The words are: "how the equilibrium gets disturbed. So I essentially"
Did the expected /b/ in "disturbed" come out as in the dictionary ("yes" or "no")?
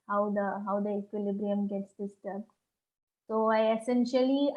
no